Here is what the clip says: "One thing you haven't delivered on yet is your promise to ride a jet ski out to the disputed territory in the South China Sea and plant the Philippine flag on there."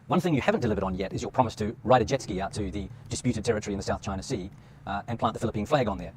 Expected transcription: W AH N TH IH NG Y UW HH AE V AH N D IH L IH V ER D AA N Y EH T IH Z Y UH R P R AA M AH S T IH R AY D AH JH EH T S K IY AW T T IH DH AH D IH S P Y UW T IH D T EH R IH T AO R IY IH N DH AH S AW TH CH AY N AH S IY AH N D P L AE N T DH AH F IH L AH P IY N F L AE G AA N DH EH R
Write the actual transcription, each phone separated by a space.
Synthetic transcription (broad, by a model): W AH N TH IH NG Y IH HH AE V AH N D IH L IH V ER D N Y EH T IH Z Y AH R P R AA M AH S T IH R AY D AH JH EH T S K IY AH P T IH DH AH D IH S P Y UW T IH D T EH R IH T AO R IY IH N DH AH S AW TH CH AY N AH S IY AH N P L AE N DH AH F IH L AH P IY N F L AE G N DH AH R